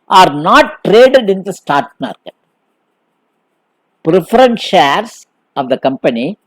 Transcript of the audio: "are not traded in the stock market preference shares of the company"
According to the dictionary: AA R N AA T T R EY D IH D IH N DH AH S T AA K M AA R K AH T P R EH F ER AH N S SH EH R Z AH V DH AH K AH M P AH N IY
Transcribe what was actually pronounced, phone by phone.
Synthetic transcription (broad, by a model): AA R N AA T T R EY D IH D IH N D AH S T AA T M AA R K AH T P R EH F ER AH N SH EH R S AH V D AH K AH M P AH N IY